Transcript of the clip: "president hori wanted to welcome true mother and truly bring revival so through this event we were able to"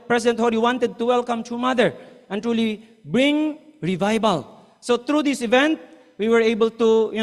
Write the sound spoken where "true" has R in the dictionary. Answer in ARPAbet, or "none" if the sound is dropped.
none